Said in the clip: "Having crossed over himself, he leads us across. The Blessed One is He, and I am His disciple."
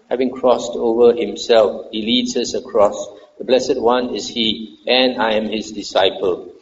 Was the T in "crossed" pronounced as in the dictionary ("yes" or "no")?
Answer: yes